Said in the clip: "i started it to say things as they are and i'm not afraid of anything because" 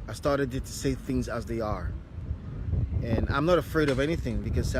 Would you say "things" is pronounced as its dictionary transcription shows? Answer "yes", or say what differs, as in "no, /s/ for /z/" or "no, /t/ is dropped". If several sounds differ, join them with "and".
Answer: yes